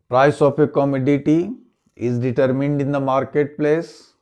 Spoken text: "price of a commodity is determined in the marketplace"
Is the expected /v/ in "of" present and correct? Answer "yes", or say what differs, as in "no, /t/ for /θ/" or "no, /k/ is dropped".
no, /p/ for /v/